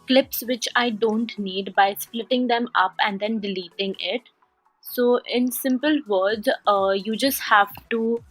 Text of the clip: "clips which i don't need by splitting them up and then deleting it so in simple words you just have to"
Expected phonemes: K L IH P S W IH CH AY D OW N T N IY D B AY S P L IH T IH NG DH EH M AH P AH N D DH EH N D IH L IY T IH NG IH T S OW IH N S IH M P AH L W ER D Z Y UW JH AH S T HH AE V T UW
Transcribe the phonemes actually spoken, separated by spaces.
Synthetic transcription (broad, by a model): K L IH P S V IH CH AY D OW N T N IY D B AY S P L IH T IH NG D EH M AH P AH N D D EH N D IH L IY T IH NG IH T S OW IH N S IH M P AH L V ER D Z Y UW JH AH S T HH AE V T UW